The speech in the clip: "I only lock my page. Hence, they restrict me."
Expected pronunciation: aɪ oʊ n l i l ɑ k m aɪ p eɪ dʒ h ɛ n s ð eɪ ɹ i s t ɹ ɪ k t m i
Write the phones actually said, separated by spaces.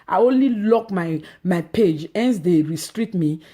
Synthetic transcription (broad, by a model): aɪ oʊ n l i l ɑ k m aɪ p eɪ dʒ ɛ n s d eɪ ɹ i s t ɹ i t m i